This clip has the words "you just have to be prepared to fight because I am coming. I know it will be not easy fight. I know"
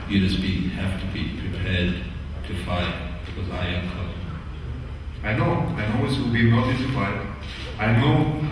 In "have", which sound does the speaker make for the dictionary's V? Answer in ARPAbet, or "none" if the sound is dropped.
F